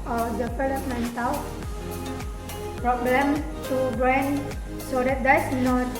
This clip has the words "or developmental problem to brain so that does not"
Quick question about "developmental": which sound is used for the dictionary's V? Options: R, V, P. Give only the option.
P